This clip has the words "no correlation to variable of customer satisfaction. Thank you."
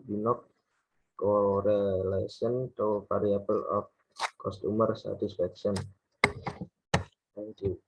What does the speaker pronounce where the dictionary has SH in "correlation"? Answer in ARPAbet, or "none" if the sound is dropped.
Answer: S